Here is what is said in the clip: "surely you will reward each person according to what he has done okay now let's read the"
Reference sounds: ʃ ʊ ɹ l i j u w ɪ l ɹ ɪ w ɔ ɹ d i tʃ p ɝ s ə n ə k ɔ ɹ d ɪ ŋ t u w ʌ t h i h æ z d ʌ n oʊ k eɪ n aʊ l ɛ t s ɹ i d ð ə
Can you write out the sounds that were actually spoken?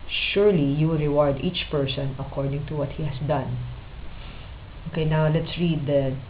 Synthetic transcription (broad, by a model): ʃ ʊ ɹ l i j u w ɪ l ɹ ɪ w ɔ ɹ d i tʃ p ɝ s ə n ə k ɔ ɹ d ɪ ŋ t u w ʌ t h i h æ s d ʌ n oʊ k eɪ n aʊ l ɛ t s ɹ i d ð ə